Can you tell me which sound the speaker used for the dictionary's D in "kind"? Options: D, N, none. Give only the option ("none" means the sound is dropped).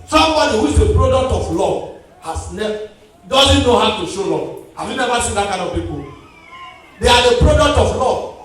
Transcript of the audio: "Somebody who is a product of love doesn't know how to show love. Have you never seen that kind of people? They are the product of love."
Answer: none